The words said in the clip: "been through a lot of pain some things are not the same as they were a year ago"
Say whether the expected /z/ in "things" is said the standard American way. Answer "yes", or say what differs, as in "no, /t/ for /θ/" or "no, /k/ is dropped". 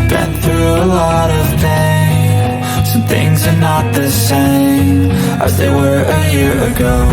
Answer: yes